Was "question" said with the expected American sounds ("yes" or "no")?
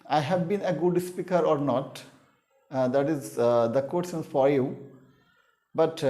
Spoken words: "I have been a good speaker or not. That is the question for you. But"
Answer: no